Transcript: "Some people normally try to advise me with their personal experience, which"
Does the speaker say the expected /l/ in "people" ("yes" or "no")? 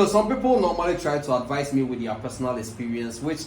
yes